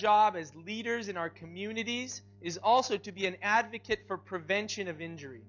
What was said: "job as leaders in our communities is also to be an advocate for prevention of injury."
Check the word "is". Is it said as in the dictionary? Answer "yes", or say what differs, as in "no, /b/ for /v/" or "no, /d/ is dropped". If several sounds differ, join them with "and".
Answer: yes